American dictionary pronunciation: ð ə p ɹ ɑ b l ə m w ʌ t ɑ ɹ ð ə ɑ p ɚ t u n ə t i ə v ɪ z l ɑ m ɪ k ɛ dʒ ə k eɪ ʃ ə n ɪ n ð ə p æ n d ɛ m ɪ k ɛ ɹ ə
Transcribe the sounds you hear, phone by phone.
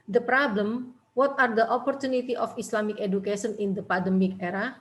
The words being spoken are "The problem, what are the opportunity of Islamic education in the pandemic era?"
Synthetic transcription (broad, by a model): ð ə p ɹ ɑ b l ə m w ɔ t ɑ ɹ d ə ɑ p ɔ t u n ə t i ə f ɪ s l ɑ m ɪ k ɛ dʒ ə k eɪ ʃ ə n ɪ n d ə p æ d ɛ m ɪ k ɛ ɹ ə